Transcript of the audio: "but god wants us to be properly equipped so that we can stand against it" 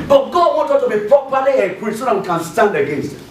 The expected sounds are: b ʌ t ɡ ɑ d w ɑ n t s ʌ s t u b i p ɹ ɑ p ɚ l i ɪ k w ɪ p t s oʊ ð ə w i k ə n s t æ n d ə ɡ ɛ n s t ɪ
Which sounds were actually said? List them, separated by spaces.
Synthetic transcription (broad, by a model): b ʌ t ɡ ɑ d w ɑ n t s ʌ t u b i p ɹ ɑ p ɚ l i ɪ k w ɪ t s oʊ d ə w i k ə n s t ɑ n d ə ɡ ɛ n s t